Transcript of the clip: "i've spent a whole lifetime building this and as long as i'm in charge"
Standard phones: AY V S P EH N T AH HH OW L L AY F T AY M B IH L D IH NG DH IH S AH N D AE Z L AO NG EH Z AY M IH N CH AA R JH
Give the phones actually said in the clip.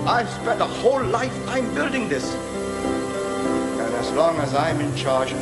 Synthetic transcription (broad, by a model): AY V S P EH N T AH HH OW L L AY F T AY M B IH L D IH NG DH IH S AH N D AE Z L AO NG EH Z AY M IH N CH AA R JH